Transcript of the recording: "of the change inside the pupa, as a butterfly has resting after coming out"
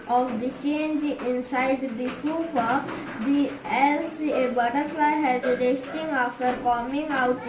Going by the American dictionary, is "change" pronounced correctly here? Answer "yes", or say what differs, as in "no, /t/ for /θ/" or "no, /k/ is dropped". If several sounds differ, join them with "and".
yes